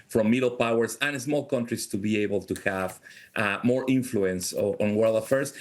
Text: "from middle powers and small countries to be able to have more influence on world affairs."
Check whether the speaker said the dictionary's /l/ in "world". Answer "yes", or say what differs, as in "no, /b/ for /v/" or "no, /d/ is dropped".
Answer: yes